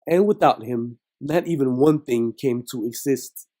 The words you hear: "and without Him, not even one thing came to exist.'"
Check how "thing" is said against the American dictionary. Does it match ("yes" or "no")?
yes